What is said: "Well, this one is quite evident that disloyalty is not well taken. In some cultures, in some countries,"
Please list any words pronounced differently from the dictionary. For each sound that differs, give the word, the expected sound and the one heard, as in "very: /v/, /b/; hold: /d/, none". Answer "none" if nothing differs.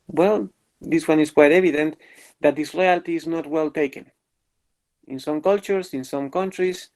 is: /z/, /s/; cultures: /z/, /s/